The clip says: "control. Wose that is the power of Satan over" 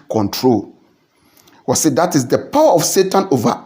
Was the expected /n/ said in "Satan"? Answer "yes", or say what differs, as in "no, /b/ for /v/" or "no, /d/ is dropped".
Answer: yes